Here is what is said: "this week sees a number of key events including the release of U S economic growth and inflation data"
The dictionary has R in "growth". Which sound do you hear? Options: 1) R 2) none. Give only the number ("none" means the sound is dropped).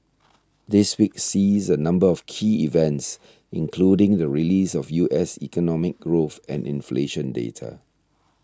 1